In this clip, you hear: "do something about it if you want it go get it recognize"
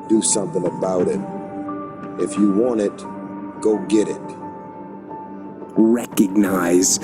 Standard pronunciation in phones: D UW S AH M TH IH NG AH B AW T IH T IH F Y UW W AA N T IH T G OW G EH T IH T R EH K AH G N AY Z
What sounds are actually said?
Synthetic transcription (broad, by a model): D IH S AH M TH IH NG AH B AW T IH T IH F Y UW W AA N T IH T G OW G EH T IH T R EH K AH G N AY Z